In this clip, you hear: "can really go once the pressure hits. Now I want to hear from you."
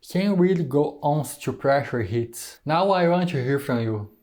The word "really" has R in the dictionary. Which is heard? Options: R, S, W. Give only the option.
W